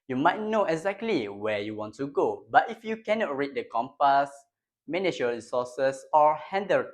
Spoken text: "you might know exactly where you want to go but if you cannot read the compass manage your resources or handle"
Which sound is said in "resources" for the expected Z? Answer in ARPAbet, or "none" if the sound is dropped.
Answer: S